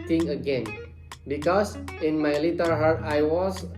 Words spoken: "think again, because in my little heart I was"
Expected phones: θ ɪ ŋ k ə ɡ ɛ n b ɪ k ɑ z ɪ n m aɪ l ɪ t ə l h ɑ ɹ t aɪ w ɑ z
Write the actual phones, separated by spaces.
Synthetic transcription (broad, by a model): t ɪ ŋ ə ɡ ɛ n b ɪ k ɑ s ɪ n m aɪ l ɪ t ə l h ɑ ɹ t aɪ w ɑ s